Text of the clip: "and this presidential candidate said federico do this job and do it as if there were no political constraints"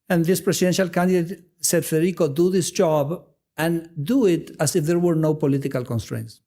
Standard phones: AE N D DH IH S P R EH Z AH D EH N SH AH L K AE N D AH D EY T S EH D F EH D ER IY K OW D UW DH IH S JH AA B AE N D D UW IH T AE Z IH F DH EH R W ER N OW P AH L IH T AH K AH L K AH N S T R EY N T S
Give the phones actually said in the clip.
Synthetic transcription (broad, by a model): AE N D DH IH S P R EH S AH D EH N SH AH L K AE N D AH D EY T S EH D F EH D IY K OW D UW DH IH S JH AA B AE N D D UW IH T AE S IH F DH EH R W ER N OW P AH L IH T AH K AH L K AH N S T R EY N T S